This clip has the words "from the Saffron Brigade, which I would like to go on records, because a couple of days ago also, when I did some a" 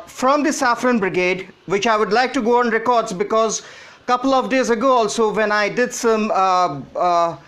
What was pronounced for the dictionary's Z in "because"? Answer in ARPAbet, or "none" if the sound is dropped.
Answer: Z